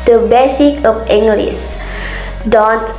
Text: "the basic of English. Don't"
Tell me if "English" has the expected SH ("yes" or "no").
no